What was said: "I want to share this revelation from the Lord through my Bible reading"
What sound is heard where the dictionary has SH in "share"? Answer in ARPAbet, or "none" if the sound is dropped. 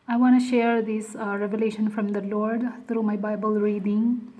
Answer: SH